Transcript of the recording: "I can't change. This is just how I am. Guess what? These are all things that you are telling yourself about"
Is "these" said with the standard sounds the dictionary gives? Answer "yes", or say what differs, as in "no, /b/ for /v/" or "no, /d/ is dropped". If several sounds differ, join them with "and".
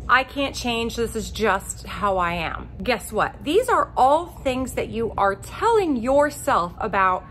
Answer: yes